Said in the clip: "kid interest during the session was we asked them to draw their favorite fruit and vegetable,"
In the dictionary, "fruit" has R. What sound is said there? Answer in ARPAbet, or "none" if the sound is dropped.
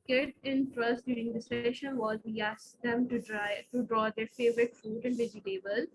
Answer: none